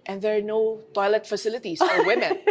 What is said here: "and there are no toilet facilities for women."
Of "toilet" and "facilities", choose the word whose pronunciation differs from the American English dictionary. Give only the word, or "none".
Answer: facilities